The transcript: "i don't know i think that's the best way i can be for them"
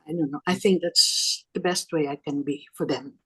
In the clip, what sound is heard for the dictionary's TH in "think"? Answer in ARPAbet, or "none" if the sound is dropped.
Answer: TH